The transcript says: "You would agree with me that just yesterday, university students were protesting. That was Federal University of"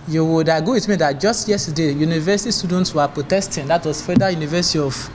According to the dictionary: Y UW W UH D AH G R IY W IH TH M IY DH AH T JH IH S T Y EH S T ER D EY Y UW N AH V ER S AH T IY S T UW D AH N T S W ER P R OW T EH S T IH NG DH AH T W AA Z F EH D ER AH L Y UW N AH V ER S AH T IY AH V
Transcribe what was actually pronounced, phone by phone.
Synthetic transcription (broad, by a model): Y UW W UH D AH G AO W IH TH M IY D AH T JH IH S T Y EH S T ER D EY Y UW N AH V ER S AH T IY S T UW D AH N T S W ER P R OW T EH S T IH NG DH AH T W AA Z F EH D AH Y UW N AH V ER S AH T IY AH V